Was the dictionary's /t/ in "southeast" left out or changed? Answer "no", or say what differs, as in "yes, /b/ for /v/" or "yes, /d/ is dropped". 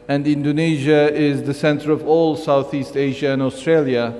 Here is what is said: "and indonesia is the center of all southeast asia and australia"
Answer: no